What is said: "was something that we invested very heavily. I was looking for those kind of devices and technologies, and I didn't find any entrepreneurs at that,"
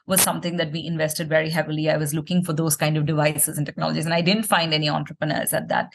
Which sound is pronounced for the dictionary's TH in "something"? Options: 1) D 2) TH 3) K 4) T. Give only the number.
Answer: 4